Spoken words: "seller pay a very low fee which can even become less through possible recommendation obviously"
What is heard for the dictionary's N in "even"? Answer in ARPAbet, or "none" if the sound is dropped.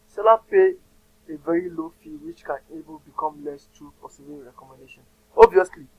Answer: L